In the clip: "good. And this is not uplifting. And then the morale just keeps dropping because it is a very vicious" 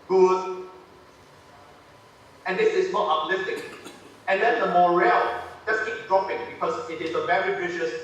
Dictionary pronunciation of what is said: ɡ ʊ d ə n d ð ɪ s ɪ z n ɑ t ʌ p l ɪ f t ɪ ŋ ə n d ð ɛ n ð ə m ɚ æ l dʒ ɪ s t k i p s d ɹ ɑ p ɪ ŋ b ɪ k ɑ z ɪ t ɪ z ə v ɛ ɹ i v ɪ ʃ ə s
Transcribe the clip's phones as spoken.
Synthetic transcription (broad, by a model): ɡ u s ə n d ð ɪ s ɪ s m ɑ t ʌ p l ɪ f t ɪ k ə n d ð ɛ n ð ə m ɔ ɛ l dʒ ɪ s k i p d ɹ ɑ p ɪ ŋ b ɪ k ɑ s ɪ t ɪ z ə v ɛ ɹ i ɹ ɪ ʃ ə s